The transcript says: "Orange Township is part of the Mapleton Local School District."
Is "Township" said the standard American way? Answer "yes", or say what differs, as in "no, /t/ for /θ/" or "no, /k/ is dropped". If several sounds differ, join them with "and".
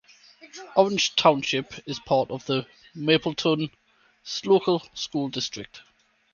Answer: yes